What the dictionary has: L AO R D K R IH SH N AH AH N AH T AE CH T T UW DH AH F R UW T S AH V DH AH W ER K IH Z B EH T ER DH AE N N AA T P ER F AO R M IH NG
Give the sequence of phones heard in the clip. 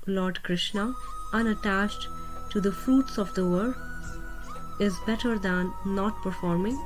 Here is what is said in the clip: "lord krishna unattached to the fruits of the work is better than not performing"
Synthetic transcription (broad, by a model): L AO R D K R IH SH N AH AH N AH T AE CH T T UW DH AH F UW T S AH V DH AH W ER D IH Z B EH T ER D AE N N AA T P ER F AO R M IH NG